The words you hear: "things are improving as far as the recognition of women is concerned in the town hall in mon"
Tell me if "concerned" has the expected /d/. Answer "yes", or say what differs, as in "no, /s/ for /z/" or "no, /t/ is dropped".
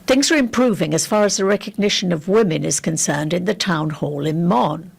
yes